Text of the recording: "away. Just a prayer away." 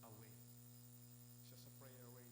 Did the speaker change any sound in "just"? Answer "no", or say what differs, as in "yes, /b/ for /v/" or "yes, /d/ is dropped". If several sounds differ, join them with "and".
yes, /ʃ/ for /dʒ/